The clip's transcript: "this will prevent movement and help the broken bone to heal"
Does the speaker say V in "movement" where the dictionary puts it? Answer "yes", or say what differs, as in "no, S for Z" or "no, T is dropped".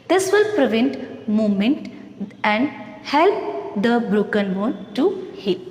no, V is dropped